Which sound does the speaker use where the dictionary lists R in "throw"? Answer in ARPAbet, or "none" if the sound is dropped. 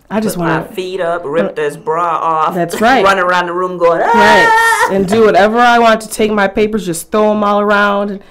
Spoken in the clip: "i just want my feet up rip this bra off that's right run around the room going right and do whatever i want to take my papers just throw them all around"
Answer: none